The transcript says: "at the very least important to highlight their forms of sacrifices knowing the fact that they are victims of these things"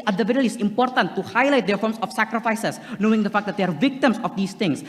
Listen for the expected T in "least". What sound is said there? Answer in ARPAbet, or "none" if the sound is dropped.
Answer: none